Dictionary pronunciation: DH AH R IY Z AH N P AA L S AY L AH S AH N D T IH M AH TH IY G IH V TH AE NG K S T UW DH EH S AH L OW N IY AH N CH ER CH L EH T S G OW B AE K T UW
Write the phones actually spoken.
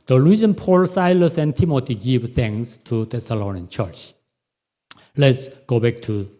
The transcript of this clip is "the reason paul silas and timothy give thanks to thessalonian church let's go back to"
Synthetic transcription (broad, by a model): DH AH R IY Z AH N P AA L S AY L AH S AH N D T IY M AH T IY G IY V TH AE NG S T UW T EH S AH L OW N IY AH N CH ER CH L EH T S G OW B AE K T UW